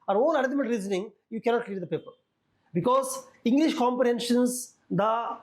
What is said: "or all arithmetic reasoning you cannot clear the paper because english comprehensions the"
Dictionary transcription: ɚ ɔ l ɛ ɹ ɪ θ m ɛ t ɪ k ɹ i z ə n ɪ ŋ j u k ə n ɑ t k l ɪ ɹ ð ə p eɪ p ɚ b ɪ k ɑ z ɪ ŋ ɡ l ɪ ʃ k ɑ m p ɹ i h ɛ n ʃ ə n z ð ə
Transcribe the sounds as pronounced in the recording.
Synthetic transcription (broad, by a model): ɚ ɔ n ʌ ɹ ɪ m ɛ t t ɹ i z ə n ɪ ŋ j u k ə n ɑ t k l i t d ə p eɪ p ɚ b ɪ k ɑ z ɪ ŋ ɡ l ɪ ʃ k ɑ m p ɹ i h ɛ n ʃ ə n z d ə